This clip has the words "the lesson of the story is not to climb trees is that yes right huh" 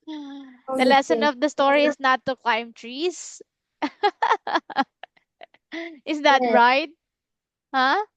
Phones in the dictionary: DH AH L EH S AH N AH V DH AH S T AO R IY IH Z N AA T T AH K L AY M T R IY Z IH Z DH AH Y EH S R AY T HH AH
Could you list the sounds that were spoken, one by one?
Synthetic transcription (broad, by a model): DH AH L EH S AH N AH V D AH S T AO R IY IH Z N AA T T AH K L AY M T R IY S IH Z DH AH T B R AY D HH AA